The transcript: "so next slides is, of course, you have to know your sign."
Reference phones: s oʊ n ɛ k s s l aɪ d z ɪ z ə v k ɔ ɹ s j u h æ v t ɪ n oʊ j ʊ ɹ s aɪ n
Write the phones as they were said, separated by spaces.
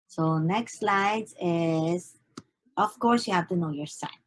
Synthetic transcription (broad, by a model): s oʊ n ɛ k s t l aɪ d ɪ z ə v k ɔ ɹ s j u h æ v t ɪ n oʊ j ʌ ɹ s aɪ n